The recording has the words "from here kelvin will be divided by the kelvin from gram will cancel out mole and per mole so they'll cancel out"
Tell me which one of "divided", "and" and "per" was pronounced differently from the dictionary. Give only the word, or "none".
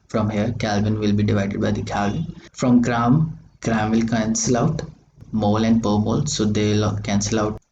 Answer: none